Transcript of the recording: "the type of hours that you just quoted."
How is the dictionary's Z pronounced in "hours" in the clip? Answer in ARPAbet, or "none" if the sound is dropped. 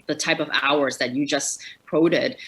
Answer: Z